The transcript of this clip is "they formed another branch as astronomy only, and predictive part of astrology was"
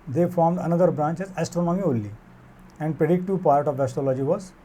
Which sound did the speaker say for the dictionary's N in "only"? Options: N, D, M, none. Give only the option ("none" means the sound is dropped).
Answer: none